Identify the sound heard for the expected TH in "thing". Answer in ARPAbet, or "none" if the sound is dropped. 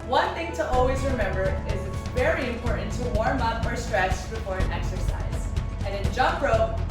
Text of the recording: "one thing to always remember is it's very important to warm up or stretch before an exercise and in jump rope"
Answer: TH